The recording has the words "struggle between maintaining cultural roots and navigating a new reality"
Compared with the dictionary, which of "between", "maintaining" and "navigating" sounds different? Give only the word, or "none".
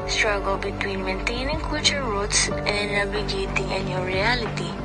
navigating